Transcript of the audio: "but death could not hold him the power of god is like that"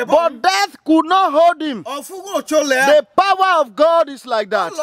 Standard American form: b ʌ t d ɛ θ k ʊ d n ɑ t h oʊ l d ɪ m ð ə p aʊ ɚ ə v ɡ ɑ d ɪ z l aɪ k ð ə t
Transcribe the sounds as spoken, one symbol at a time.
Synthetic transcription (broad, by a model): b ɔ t d ɛ θ k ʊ d n ɑ t h oʊ l d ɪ m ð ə p aʊ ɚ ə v ɡ ɑ d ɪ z l aɪ k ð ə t